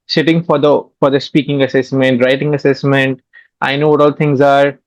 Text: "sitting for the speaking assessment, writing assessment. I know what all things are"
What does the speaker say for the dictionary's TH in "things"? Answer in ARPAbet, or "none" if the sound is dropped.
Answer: T